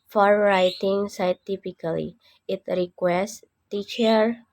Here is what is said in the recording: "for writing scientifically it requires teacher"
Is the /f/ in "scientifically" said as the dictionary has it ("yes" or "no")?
no